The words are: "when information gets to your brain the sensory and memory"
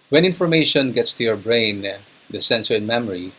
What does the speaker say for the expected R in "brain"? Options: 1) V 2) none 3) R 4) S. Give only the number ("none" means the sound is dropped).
3